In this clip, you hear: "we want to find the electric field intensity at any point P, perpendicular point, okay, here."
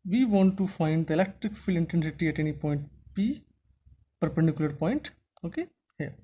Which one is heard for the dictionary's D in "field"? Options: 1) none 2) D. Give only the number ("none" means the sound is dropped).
1